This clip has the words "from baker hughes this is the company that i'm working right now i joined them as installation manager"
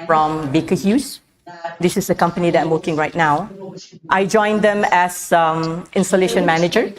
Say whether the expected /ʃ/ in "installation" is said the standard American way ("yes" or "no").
yes